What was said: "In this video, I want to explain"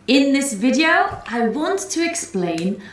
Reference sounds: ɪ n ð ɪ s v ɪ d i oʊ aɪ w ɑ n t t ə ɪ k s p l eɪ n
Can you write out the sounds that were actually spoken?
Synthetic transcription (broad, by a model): ɪ n ð ɪ s v ɪ d i oʊ aɪ w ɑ n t t ə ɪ k s p l eɪ n